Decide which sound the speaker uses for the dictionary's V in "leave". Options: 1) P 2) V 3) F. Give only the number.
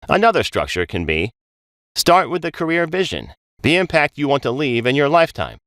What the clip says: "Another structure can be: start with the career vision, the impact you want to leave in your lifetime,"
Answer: 2